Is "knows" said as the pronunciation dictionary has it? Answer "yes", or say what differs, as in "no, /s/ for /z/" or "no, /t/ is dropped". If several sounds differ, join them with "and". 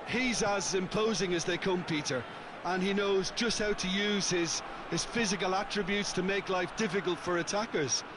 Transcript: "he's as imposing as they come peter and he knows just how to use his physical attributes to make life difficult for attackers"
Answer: yes